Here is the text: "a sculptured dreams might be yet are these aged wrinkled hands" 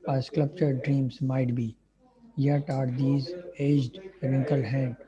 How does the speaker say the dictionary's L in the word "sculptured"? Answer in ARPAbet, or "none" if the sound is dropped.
none